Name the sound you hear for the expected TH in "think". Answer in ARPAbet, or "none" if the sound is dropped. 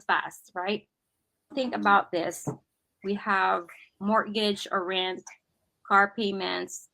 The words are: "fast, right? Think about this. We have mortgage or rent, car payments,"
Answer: TH